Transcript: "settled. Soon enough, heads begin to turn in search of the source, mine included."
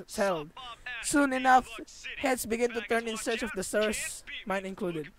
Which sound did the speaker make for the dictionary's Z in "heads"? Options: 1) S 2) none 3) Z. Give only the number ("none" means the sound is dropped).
1